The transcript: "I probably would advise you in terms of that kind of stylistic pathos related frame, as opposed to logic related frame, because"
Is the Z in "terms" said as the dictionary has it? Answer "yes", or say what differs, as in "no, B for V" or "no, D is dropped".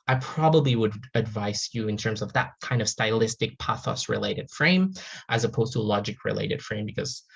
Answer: yes